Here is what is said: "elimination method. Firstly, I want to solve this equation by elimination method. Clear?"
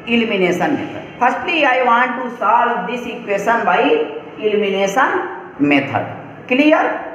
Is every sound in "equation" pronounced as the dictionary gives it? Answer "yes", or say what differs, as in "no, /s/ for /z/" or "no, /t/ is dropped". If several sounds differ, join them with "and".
no, /s/ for /ʒ/